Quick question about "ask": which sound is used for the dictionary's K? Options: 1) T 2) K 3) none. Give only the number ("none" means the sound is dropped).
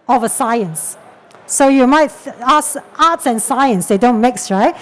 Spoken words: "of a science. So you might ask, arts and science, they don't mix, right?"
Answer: 3